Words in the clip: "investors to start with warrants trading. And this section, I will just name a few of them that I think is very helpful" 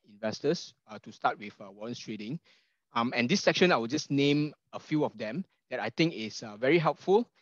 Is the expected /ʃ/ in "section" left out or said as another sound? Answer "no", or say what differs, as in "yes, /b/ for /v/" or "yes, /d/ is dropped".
no